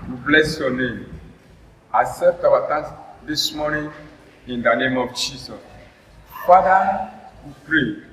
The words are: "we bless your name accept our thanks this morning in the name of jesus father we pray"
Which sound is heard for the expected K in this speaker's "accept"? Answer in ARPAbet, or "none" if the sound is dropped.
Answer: none